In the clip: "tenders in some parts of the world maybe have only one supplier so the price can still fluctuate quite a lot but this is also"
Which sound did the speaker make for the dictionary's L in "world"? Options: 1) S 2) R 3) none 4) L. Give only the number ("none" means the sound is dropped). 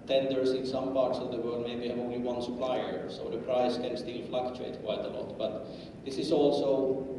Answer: 3